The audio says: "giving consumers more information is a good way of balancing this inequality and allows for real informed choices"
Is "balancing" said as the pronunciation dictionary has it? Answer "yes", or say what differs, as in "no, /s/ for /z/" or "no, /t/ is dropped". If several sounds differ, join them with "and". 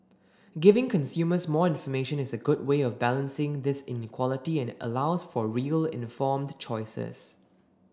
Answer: yes